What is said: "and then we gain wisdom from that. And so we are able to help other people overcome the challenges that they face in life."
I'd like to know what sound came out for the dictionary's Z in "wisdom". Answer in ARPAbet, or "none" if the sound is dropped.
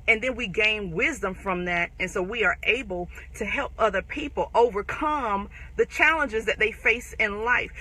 Z